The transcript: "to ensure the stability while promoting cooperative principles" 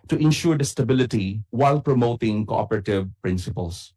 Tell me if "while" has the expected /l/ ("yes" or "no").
yes